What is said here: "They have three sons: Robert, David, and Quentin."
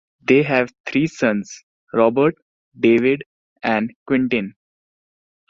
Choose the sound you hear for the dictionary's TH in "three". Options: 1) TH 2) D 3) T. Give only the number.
3